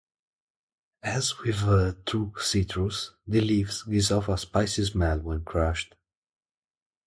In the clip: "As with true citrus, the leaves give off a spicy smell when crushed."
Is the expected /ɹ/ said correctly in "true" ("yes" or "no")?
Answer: no